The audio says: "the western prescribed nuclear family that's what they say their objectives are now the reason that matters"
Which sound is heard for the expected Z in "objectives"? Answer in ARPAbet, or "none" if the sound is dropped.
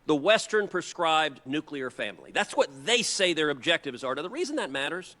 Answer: Z